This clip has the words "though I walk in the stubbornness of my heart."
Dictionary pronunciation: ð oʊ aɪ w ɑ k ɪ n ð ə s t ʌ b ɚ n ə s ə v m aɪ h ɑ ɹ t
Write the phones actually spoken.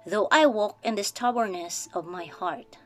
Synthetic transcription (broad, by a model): ð oʊ aɪ w ɑ k ɪ n ð ə s t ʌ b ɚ n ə s ə v m aɪ h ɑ ɹ t